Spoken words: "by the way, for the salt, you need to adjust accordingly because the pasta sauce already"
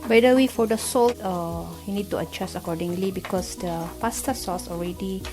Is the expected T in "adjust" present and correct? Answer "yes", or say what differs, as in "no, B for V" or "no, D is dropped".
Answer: no, T is dropped